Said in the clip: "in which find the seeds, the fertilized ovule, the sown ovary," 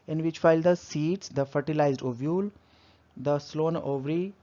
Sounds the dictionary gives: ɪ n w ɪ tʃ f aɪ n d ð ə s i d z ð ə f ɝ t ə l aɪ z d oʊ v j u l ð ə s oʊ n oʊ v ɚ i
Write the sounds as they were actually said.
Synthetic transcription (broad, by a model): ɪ n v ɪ tʃ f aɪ l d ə s i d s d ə f ɝ t ə l aɪ z d oʊ v j u l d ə s oʊ n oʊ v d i